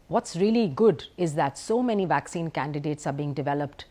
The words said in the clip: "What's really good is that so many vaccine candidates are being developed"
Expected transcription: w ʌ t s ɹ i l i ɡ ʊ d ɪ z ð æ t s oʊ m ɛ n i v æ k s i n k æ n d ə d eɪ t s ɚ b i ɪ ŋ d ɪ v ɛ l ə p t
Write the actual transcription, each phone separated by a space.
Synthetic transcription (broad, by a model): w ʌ t s ɹ i l i ɡ ʊ d ɪ z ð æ t s oʊ m ɛ n i v æ k s i n k æ n d ə d eɪ t s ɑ b i ɪ ŋ d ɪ v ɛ l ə p t